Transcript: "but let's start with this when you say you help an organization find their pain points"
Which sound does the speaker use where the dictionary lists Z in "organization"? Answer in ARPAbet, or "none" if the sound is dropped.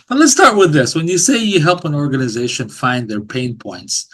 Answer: Z